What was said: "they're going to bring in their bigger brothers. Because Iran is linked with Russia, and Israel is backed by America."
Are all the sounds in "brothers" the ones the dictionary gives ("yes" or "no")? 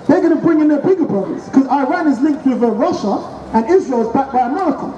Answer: no